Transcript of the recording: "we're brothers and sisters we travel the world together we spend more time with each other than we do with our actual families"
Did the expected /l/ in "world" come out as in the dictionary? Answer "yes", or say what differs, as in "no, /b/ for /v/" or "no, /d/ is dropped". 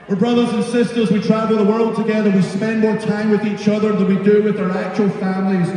yes